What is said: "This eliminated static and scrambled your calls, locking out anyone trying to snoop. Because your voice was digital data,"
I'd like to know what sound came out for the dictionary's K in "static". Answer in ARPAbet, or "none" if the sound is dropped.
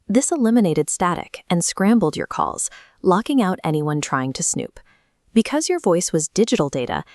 K